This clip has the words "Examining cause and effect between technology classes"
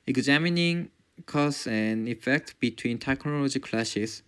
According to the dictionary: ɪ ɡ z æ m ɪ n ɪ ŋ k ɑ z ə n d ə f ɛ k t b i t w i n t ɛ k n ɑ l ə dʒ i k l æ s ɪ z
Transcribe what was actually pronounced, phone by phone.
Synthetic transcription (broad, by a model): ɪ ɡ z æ m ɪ n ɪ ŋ k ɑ s ə n d ə f ɛ k t b i t w i n t ɛ k n ɑ l ə dʒ i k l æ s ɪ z